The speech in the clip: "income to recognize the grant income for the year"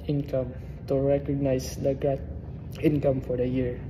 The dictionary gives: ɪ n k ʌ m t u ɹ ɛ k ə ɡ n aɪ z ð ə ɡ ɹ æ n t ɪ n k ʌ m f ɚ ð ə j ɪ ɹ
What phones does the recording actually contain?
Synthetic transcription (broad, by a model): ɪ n k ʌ m t u ɹ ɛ k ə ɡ n aɪ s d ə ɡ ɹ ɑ t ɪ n k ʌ m f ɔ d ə j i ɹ